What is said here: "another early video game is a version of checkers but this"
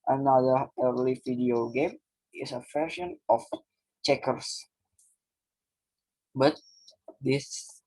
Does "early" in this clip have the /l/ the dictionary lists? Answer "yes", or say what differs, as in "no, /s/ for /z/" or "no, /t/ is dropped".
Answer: yes